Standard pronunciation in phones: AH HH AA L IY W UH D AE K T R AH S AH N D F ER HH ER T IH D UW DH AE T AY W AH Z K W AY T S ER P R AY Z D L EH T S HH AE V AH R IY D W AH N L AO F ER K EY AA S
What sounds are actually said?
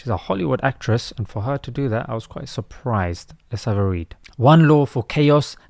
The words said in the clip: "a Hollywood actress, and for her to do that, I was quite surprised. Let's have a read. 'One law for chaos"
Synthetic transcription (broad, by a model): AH HH AA L IY W UH D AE K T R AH S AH N F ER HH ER T IH D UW DH AE T AY W AH Z K W AY T S ER P R AY Z D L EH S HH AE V AH R IY D W AH N L AO F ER K EY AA S